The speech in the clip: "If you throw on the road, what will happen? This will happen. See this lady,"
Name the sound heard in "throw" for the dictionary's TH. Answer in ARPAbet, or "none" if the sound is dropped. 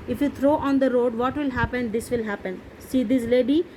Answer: T